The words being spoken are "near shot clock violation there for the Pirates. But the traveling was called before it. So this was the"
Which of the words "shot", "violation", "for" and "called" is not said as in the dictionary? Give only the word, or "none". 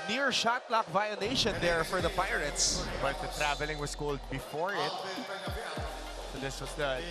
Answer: violation